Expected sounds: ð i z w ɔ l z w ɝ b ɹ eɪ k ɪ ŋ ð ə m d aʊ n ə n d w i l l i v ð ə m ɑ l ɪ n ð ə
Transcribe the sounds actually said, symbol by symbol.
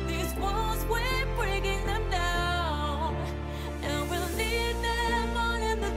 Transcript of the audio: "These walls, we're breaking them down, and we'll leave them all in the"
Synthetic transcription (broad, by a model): ð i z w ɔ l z w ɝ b ɹ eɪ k ɪ ŋ ð ə m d aʊ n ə n w i l n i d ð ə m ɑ n ɪ n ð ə